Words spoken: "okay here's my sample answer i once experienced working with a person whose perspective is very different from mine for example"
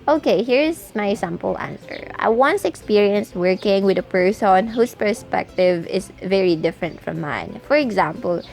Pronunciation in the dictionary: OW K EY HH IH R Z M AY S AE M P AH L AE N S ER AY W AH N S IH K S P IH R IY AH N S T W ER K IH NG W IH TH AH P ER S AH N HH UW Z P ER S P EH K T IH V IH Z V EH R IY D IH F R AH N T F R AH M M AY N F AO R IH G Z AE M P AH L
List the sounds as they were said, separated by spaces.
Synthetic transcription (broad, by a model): OW K EY HH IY R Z M AY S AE M P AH L AE N S ER AY W AH N S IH K S P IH R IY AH N S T W ER K IH NG W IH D AH P ER S AH N HH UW S P ER S P EH K T IH V IH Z V EH R IY D IH F R AH N T F R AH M M AY N F AO R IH G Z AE M P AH L